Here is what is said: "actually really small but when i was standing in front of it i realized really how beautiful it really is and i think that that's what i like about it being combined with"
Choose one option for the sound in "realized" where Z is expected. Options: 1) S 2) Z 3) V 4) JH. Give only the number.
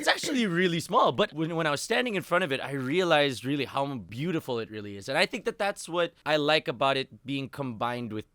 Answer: 2